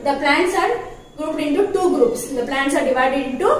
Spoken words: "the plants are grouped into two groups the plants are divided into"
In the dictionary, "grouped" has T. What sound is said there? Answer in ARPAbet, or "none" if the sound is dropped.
none